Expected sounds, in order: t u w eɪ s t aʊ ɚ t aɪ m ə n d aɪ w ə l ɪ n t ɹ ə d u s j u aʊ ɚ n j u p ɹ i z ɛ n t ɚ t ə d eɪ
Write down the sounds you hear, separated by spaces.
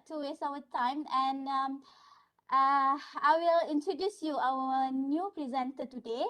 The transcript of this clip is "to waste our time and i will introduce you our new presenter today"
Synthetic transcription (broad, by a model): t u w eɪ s aʊ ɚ t aɪ m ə n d aɪ w ə l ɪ n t ɹ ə d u s j u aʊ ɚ n j u p ɹ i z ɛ n t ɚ t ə d eɪ